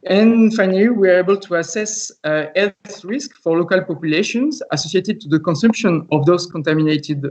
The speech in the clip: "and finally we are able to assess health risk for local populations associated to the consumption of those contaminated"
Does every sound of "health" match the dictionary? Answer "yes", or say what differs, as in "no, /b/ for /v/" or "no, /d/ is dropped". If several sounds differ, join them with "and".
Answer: no, /l/ is dropped